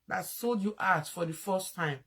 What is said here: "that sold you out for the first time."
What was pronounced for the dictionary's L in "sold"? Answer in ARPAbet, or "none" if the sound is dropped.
L